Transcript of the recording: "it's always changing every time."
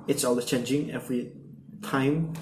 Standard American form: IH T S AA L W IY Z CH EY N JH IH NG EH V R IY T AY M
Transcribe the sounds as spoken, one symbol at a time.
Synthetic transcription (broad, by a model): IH T S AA L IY CH EY N JH IH NG EH V R IY T AY M